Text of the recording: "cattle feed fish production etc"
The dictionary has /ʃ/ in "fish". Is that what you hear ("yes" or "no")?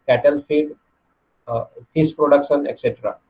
no